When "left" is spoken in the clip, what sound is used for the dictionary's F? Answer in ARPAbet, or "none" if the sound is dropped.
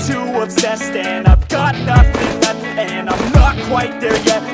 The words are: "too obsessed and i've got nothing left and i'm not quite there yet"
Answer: none